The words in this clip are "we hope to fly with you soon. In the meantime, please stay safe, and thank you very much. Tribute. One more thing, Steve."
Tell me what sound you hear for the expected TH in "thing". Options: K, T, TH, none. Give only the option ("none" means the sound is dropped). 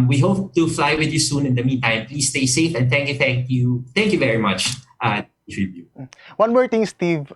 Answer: T